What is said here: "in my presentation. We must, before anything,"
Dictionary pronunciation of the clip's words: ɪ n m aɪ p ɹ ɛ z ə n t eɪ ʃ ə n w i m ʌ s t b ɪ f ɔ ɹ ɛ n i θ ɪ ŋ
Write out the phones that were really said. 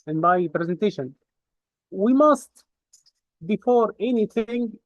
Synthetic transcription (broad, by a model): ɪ n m aɪ p ɹ ɛ z ə n t eɪ ʃ ə n w i m ʌ s t b ɪ f ɔ ɹ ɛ n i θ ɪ ŋ